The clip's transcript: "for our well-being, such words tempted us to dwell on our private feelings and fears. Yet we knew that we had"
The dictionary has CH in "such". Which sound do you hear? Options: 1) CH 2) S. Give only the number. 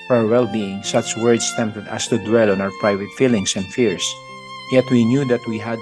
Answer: 1